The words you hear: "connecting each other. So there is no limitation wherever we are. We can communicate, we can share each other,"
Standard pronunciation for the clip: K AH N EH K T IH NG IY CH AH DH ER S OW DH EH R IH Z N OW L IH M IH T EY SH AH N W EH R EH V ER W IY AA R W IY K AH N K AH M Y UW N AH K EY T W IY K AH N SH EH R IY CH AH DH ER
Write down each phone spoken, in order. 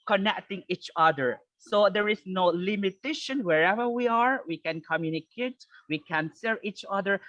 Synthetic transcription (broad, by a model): K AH N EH K T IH NG IY CH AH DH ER S OW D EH R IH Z N OW L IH M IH T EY SH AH N W EH R EH V ER W IY AA R W IY K AH N K AH M Y UW N AH K EY T W IY K AH N S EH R IY CH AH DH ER